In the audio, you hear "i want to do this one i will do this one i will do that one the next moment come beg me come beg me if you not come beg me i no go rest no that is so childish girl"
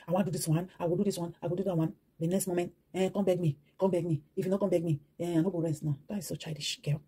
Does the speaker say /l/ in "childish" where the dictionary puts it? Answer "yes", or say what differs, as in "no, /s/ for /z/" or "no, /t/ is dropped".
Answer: no, /l/ is dropped